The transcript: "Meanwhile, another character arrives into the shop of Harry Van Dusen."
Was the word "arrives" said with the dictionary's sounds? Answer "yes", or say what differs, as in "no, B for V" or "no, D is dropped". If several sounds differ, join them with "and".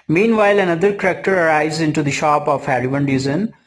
no, V is dropped